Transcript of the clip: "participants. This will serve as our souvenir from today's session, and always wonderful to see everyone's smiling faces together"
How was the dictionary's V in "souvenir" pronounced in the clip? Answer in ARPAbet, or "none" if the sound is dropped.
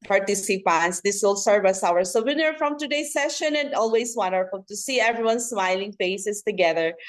W